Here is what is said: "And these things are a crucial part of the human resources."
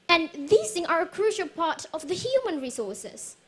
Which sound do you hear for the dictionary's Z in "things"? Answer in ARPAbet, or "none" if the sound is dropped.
none